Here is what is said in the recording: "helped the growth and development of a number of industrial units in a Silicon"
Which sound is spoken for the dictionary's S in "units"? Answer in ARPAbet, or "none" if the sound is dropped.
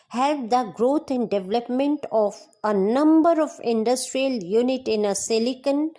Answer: none